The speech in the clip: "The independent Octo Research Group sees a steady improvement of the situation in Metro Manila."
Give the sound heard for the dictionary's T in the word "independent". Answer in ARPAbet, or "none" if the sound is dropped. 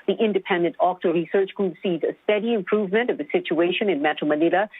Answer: T